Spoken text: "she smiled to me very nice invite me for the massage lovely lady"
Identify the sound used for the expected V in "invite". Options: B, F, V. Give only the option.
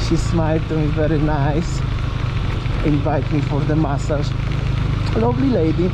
V